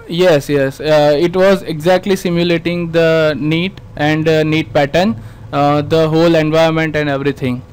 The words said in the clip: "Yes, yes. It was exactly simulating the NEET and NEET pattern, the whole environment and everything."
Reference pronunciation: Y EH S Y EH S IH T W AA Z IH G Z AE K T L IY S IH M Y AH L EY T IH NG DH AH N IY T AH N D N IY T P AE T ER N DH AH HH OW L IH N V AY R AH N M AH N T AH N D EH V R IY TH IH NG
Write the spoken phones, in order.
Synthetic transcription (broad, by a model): Y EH S Y EH S IH T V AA Z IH G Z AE K T L IY S IH M Y AH L EY T IH NG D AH N IY T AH N D N IY T P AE T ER N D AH HH OW L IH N V AY AH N M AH N T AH N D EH V R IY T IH NG